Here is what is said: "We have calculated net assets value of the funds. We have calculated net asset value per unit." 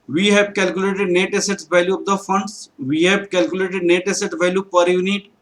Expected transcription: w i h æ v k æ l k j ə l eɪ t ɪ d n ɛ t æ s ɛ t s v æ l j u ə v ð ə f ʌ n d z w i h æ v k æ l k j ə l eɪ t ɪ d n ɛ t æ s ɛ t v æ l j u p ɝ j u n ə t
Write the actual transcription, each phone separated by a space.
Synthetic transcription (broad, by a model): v i h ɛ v k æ l k j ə l eɪ t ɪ d n ɛ t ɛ s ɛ t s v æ l j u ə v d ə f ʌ n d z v i h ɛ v k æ l k j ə l eɪ t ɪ d n ɛ t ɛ s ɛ t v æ l j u p ɝ j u n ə t